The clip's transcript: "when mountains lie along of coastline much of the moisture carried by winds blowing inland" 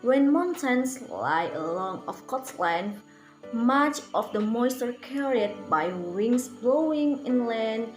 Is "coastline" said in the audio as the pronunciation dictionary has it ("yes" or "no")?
no